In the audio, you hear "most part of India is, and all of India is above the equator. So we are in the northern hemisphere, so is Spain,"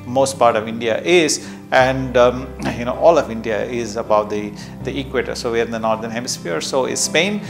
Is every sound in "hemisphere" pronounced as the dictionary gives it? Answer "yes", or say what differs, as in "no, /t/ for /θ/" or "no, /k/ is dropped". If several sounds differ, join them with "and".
yes